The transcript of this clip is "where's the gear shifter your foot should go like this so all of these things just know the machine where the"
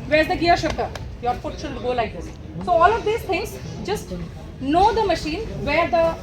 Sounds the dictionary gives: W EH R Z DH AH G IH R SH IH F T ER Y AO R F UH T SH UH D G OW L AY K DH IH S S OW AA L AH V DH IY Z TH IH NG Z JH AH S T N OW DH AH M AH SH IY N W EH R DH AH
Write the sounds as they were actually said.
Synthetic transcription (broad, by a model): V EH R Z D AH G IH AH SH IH P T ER Y AO R F UH T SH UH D G OW L AY K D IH S S OW AA L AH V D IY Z T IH NG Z JH AH S T N OW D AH M AH SH IY N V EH R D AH